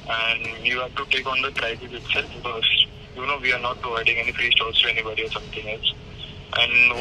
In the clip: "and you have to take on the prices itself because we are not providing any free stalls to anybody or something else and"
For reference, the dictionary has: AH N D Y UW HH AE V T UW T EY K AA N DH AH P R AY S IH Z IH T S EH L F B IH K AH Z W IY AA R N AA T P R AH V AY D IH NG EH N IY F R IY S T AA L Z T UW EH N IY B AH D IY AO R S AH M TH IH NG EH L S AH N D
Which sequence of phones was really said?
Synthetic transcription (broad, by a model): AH N D Y UW HH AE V T UW T EY K AA N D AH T R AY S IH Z IH T S EH L F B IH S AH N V IY AA R N AA T P R AH V AY D IH NG EH N IY F R IY S T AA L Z T UW EH N IY B AH D IY AO R S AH M T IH NG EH L S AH N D